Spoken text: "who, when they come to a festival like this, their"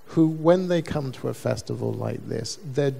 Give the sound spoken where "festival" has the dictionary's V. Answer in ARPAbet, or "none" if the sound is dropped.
V